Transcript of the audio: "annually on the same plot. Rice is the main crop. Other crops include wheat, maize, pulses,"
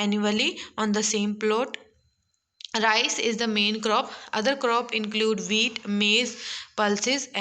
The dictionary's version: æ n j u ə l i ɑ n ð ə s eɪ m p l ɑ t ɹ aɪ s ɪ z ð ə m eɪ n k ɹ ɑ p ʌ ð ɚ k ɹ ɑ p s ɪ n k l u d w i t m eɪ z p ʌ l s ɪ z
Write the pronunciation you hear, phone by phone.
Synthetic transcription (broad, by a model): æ n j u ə l i ɑ n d ə s eɪ m p l ɑ t ɹ aɪ s ɪ z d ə m eɪ n k ɹ ɑ p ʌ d ɚ k ɹ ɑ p ɪ n k l u d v i t m eɪ z p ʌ l s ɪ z